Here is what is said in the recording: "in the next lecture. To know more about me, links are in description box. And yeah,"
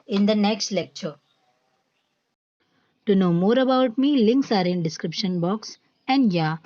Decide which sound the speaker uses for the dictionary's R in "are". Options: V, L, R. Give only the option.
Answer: R